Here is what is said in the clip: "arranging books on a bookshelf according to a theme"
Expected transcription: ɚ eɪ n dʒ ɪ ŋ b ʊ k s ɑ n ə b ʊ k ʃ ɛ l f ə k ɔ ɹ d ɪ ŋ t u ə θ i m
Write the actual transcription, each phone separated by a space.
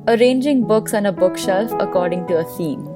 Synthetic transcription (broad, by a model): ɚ eɪ n dʒ ɪ ŋ b ʊ k s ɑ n ə b ʊ k ʃ ɛ l f ə k ɔ ɹ d ɪ ŋ t u ə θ i m